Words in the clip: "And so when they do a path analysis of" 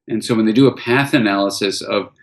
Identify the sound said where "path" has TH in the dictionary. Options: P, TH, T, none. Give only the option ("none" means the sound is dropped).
TH